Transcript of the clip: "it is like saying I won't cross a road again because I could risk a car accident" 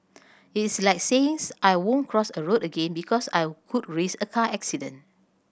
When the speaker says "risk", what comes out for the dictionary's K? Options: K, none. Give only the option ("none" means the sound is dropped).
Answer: none